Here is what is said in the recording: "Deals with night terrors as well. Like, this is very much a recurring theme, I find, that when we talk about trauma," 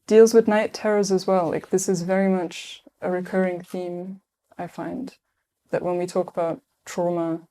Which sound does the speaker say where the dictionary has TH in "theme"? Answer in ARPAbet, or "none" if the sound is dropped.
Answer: TH